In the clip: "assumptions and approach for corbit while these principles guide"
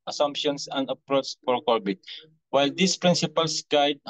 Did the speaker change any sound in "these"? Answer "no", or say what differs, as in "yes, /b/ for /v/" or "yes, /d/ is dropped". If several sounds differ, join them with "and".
yes, /s/ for /z/